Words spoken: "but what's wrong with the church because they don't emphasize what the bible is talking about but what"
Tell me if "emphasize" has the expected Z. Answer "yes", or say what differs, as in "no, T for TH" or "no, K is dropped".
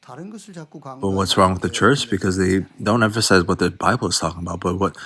yes